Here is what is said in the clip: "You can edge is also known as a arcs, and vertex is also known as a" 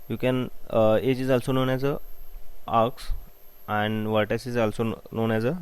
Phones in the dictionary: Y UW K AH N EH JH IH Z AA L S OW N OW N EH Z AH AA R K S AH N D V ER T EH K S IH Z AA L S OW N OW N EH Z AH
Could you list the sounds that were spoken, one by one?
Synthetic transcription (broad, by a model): Y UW K AH N EH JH IH Z AA L S OW N OW N EH Z AH AA R K S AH N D V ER T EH S IH Z AA L S OW N OW N EH Z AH